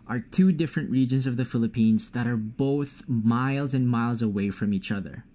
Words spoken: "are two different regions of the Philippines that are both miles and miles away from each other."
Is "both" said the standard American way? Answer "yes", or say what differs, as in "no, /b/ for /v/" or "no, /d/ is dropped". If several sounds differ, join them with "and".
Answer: yes